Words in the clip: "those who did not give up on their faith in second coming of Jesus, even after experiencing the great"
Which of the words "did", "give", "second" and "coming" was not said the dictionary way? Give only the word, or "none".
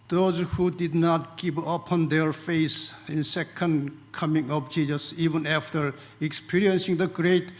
give